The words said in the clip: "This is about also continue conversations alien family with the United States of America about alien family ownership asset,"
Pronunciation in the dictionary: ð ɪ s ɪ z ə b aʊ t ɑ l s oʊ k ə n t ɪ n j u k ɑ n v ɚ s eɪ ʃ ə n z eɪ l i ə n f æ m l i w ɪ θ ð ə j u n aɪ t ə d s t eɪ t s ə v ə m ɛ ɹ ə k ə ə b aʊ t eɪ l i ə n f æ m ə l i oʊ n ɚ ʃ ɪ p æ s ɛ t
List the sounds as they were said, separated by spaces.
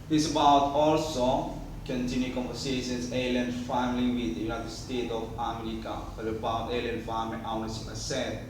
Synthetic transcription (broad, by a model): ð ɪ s ə b aʊ t ɑ l s oʊ k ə n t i n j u k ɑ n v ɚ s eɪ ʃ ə n s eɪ l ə n f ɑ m l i w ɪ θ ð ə j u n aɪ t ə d s t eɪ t ə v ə m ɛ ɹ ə k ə ə b aʊ t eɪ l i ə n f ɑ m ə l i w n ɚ s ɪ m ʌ s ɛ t